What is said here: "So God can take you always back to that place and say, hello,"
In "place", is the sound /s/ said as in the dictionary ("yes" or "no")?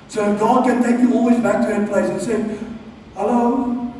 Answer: no